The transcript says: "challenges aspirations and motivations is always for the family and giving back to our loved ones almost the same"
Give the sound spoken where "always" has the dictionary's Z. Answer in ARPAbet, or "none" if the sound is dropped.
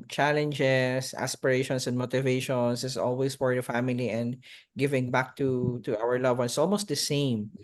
S